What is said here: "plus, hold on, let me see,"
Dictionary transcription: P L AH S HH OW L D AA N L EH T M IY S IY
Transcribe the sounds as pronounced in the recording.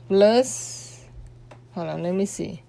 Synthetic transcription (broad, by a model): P L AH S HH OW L AA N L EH M IY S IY